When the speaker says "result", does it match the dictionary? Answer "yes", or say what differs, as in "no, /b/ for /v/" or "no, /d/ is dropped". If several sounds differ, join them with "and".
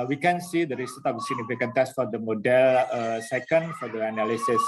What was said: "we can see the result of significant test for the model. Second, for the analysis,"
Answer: no, /s/ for /z/ and /l/ is dropped